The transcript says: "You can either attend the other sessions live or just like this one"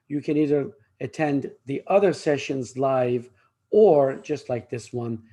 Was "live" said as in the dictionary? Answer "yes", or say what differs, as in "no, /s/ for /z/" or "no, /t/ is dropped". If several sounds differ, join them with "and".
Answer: yes